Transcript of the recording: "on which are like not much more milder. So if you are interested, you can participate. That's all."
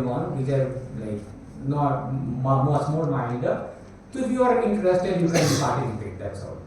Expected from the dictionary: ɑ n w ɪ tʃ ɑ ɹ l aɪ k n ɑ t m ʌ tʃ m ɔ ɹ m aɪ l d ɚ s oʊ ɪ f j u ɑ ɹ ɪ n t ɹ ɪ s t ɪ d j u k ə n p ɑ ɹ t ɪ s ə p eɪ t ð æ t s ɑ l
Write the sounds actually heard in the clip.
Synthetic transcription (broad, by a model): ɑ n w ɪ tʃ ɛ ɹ l aɪ k n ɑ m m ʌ s m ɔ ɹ m aɪ n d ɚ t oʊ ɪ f j u ɑ ɹ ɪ n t ɹ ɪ s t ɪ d j u k ə n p ɑ ɹ t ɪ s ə p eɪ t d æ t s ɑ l